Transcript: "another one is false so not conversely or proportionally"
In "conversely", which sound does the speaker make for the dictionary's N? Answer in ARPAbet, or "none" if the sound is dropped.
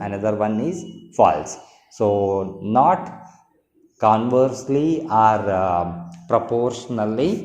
N